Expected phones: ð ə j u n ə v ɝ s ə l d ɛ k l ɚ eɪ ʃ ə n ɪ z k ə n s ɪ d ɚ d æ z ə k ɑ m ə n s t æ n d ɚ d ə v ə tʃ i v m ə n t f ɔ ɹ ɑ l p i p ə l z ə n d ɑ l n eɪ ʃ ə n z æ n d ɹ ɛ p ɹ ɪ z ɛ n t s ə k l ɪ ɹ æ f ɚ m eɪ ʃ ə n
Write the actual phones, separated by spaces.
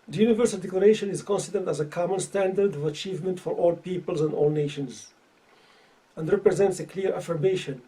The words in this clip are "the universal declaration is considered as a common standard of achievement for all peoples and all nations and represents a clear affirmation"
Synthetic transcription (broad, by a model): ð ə j u n ə v ɝ s ə l d ɛ k l ɚ eɪ ʃ ə n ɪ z k ə n s ɪ d ɚ d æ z ə k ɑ m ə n s t æ n d ɚ d ə v ə tʃ i v m ə n t f ɔ ɹ ɑ l p i p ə l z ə n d ɑ l n eɪ ʃ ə n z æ n d ɹ ɛ p ɹ ɪ z ɛ n t s ə k l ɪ ɹ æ f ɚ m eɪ ʃ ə n